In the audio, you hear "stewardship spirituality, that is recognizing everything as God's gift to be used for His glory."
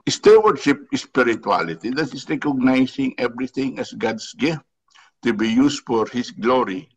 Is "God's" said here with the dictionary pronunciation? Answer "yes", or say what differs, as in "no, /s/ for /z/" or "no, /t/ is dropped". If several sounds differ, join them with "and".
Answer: no, /s/ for /z/